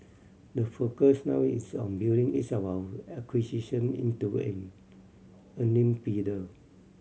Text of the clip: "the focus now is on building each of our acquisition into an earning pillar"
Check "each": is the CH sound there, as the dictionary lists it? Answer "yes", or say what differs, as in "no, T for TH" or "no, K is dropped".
no, S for CH